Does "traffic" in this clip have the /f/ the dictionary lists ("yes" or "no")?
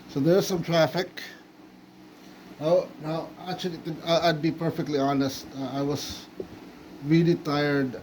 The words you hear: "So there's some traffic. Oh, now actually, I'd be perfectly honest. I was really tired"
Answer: yes